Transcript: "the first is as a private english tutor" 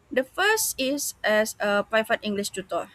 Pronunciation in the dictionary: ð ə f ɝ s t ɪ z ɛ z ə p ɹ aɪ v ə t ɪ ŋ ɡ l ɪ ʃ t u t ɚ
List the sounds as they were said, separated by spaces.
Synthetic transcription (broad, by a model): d ə f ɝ s t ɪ s ɛ s ə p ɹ aɪ f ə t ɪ ŋ ɡ l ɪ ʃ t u t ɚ